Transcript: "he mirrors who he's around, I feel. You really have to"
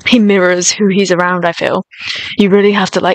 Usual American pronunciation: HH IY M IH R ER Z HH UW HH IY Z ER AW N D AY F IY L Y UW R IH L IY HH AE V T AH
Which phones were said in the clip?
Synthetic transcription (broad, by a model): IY M IH R ER Z HH UW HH IY Z ER AW N D AY F IY L Y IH R IH L IY HH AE F T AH